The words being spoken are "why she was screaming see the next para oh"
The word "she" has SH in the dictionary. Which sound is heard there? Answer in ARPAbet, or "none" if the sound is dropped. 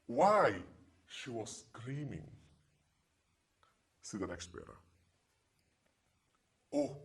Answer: SH